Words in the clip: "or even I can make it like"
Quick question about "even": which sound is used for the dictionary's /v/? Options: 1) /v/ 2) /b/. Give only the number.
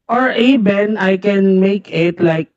2